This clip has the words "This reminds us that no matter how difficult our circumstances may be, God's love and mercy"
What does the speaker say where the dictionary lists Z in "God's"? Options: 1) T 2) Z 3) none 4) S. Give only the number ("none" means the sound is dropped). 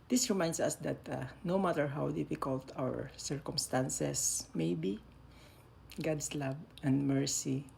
4